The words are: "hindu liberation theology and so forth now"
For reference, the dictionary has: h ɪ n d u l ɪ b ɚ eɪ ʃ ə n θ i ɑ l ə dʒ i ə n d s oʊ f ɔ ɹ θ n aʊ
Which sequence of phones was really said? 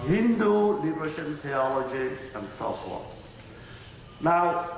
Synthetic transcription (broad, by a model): h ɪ n d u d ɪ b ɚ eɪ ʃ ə n t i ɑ l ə dʒ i ə n d s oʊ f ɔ n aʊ